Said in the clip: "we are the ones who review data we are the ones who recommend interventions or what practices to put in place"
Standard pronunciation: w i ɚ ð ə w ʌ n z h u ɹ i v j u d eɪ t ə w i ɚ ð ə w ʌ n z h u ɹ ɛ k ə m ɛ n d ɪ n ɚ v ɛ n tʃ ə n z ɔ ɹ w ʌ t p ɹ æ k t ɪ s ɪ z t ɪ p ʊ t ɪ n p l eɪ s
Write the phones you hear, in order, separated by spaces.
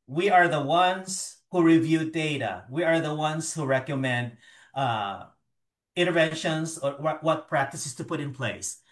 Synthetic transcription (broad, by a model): w i ɚ ð ə w ʌ n z h u ɹ i v j u d eɪ t ə w i ɚ ð ə w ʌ n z h u ɹ ɛ k ə m ɛ n d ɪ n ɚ v ɛ n ʃ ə n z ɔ w w ʌ t p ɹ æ k t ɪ s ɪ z t ɪ p ʊ t ɪ n p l eɪ s